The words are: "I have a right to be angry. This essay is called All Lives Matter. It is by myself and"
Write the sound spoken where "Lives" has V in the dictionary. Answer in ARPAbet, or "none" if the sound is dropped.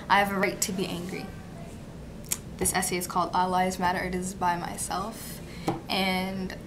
none